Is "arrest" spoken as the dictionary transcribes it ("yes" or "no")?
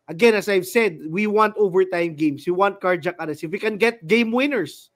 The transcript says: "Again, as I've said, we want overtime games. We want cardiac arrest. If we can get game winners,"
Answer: no